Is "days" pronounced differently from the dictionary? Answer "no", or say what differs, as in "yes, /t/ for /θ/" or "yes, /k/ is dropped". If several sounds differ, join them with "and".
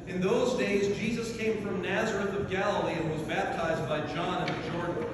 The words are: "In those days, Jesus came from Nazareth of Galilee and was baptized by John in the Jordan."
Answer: no